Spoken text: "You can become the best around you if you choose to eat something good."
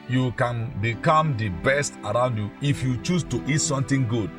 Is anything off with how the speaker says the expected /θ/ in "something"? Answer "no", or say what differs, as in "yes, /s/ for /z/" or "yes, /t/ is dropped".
yes, /t/ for /θ/